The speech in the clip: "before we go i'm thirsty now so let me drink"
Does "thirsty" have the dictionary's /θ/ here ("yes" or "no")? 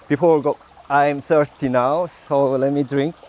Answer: no